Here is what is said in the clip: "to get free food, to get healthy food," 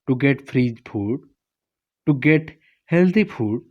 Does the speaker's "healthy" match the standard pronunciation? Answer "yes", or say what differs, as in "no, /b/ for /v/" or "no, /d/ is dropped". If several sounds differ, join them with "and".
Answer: no, /t/ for /θ/